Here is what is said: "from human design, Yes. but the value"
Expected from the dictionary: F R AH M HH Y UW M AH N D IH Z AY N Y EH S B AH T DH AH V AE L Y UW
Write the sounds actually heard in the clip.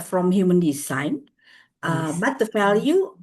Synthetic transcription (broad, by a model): F R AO M HH Y UW M AH N D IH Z AY N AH B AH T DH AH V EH L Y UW